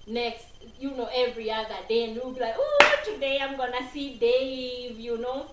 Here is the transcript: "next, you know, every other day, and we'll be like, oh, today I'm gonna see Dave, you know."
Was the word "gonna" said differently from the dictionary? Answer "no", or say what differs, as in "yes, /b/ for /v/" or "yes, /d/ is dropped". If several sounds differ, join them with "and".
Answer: no